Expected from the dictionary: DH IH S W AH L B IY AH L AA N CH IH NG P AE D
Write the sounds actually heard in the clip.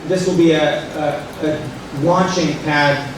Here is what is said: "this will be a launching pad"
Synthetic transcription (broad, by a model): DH IH S W AH L B IY AH W AA CH IH NG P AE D